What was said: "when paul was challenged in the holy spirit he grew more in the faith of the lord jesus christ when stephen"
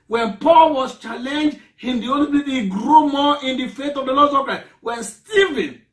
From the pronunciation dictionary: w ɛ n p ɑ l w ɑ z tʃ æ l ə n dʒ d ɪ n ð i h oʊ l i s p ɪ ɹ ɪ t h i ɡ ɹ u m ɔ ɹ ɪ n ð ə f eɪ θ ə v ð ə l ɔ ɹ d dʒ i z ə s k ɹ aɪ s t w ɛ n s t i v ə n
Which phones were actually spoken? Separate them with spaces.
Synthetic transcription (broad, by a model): w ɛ n p ɑ l w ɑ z tʃ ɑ l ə n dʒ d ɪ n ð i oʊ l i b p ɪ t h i ɡ ɹ u m ɔ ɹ ɪ n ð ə f eɪ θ ə v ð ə l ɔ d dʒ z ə k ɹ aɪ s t w ɛ n s t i v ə n